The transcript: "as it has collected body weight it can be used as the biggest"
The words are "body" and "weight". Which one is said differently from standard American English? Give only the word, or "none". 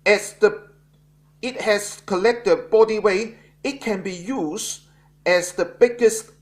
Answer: weight